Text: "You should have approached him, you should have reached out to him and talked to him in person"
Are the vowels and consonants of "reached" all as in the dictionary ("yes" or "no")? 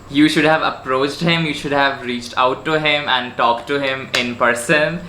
yes